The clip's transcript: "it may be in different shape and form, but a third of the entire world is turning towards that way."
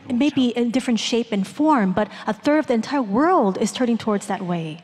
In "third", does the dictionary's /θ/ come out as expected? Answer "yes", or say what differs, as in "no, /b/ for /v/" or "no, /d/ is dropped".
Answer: yes